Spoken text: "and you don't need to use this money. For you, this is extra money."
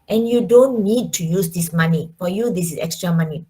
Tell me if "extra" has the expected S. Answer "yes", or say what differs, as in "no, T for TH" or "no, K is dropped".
yes